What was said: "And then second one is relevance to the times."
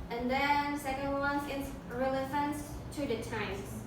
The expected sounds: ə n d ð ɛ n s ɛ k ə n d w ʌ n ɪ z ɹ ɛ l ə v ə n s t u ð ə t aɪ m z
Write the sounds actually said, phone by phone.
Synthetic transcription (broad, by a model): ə n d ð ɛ n s ɛ k ə n d w ʌ n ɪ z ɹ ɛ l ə f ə n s t u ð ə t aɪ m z